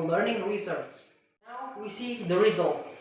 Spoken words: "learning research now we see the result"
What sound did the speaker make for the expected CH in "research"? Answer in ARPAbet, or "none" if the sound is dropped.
S